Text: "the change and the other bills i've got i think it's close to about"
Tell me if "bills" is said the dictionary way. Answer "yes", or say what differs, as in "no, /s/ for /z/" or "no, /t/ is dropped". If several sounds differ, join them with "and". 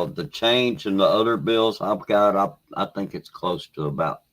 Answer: yes